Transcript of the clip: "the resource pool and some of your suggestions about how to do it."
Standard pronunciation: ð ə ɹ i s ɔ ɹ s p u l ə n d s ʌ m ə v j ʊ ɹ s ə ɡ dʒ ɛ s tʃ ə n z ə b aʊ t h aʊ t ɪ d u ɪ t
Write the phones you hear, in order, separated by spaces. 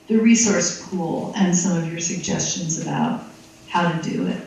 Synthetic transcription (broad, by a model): ð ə ɹ i s ɔ ɹ s p u l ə n s ʌ m ə v j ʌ ɹ s ə ɡ dʒ ɛ s tʃ ə n z ə b aʊ t h aʊ t ɪ d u ɪ t